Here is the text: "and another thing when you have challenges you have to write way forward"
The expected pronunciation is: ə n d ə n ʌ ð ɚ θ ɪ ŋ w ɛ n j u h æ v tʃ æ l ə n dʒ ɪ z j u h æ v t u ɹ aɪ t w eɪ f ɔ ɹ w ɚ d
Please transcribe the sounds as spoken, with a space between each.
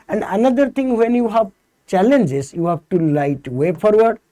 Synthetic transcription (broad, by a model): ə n d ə n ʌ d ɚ t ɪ ŋ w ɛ n j u h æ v tʃ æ l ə n dʒ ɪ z j u h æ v t u l aɪ t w eɪ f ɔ ɹ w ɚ d